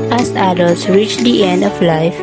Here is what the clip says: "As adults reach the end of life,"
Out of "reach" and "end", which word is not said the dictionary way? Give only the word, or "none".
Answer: none